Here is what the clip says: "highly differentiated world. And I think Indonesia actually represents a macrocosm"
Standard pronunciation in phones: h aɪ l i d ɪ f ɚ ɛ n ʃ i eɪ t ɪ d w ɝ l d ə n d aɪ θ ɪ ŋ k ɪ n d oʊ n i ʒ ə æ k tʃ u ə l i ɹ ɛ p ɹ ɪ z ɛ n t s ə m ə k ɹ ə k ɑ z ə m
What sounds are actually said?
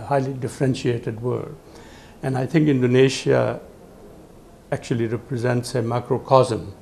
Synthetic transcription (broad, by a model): h aɪ l i d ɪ f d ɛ n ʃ i eɪ t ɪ d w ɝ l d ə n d aɪ t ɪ ŋ k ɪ n d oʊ n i ʃ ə æ k tʃ u ə l i ɹ ɛ p ɹ ɪ z ɛ n t s ə m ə k ɹ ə k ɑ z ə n